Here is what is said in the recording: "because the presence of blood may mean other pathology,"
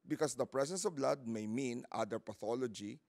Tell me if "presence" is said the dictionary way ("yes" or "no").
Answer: no